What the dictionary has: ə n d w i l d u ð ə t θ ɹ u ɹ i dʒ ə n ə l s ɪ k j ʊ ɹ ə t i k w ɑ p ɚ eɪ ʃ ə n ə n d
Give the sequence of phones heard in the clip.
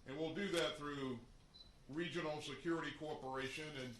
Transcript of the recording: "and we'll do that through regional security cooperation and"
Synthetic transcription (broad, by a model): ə n w i l d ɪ ð ə t θ ɹ u ɹ i dʒ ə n l s ɪ k j ʊ ɹ ə t i k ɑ p ɚ eɪ ʃ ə n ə n